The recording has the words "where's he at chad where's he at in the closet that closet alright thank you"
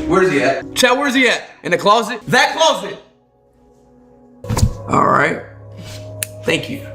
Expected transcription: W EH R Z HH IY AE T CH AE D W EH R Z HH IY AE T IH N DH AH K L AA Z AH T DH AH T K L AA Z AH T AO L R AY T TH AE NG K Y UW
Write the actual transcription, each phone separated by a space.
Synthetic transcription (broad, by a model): W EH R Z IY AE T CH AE W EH R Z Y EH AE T IH N DH AH K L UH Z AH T DH AH T K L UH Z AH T AO L R AY T TH AE NG K Y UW